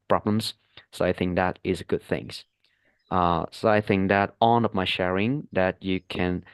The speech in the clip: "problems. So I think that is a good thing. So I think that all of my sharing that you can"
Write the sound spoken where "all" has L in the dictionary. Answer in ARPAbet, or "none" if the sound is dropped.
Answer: N